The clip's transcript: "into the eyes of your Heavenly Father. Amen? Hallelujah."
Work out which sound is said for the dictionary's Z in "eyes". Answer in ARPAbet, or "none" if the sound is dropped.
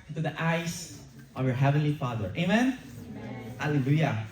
S